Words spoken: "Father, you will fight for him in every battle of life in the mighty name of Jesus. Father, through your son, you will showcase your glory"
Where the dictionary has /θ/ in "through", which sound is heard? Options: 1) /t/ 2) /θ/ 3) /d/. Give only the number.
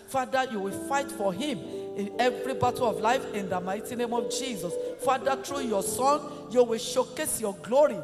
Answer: 1